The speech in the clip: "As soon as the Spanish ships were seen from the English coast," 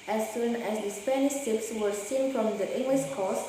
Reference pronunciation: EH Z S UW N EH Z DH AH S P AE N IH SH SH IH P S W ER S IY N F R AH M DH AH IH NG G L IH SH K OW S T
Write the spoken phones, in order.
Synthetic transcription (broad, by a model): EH S UW N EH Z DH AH S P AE N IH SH S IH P S W ER S IY N F R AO M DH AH IH NG G L IH SH K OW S